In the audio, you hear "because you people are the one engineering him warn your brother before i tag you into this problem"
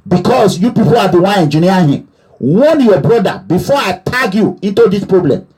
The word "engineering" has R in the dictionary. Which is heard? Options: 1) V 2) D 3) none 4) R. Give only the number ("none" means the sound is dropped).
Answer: 3